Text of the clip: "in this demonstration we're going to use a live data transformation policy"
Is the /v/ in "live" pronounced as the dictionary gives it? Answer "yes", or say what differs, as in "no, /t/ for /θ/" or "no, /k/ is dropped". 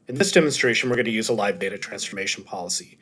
yes